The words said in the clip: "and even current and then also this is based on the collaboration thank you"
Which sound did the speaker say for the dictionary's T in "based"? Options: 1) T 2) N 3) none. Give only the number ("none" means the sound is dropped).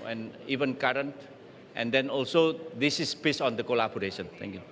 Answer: 3